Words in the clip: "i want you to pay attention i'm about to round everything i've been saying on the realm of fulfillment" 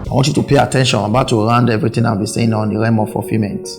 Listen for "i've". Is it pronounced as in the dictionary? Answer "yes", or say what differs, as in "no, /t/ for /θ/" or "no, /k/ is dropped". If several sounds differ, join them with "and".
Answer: no, /w/ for /v/